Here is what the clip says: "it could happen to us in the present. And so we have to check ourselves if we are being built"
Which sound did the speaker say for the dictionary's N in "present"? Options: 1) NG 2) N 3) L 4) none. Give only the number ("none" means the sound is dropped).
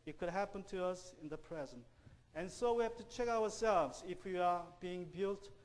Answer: 2